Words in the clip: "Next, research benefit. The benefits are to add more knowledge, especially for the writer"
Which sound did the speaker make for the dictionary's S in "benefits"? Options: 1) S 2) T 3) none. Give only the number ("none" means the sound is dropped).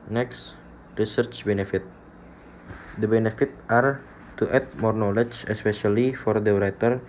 3